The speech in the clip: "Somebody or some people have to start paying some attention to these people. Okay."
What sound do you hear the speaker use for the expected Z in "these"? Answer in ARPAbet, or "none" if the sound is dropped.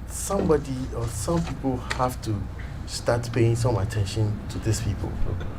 S